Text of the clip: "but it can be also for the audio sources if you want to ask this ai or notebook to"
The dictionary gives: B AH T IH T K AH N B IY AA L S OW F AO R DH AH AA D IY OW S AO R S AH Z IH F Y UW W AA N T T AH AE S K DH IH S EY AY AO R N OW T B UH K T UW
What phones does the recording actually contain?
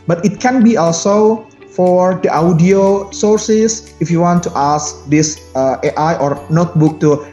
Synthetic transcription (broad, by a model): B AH T IH T K AH N B IY AA L S OW F AO R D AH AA D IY OW S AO R S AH S IH F Y UW W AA N T T AH S K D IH S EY AY AO R N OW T B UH K T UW